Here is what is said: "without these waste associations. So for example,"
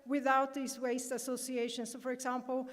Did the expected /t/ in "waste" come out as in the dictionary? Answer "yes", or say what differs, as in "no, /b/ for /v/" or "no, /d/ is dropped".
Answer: yes